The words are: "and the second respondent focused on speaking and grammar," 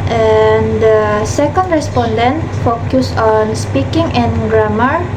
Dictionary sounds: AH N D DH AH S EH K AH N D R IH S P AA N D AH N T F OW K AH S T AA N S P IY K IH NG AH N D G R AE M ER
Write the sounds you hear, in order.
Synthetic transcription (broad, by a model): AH N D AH S EH K AH N D R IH S P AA N D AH N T F OW K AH S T AA N S P IY K IH NG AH N G R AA M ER